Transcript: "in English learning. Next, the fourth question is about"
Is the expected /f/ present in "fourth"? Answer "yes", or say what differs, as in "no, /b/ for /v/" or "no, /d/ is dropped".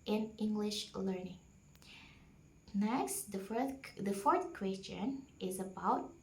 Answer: yes